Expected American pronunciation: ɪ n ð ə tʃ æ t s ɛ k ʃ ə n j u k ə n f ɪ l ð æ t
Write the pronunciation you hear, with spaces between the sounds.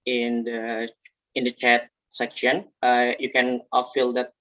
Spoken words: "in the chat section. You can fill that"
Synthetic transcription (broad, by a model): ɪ n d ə tʃ æ t s ɛ k ʃ ə n j u k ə n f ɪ l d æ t